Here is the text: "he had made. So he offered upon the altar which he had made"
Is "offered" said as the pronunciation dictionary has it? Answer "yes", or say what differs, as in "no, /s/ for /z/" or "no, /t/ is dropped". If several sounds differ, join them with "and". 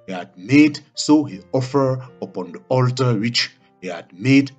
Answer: no, /d/ is dropped